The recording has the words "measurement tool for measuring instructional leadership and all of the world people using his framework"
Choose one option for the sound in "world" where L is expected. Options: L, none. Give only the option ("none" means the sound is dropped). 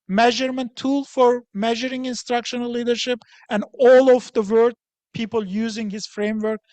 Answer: none